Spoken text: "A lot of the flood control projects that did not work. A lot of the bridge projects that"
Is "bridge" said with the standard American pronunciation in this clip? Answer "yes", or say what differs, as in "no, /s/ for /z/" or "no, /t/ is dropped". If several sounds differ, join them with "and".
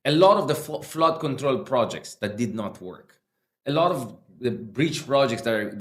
no, /tʃ/ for /dʒ/